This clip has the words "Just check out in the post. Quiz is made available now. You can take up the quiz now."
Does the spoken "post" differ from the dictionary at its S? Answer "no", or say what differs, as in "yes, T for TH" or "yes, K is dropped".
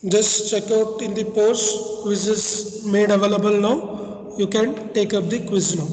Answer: yes, S is dropped